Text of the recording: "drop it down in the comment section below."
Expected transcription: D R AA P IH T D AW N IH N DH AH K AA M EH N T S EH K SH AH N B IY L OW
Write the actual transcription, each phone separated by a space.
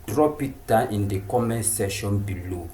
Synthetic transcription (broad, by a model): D R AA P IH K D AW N IH N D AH K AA M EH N S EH SH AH N B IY L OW